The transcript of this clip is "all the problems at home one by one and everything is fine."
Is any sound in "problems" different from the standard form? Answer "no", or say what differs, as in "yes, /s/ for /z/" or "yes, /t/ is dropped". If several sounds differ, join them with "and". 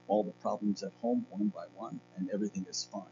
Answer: no